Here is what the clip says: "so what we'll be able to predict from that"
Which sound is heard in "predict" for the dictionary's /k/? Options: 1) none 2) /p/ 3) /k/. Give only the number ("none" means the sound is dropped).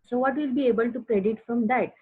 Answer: 1